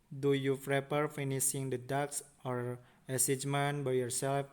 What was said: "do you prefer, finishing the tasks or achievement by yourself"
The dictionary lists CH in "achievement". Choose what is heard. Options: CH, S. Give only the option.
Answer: S